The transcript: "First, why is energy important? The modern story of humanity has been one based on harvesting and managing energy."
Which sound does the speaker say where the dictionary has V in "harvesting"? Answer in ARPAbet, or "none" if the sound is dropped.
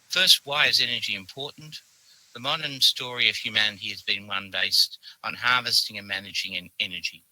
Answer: V